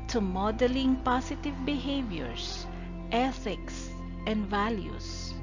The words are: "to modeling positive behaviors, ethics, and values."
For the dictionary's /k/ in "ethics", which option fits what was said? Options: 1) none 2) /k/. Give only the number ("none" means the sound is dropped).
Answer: 2